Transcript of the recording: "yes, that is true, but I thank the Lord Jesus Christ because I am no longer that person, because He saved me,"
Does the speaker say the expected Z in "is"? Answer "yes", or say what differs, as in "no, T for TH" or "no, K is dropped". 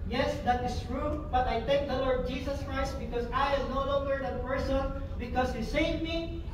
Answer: no, S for Z